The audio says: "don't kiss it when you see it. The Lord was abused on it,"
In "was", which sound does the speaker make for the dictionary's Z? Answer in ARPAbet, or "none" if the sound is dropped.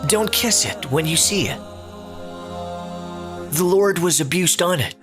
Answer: Z